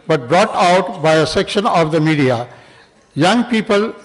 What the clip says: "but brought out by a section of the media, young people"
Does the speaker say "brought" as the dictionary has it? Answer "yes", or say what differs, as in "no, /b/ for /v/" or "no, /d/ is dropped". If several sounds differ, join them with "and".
yes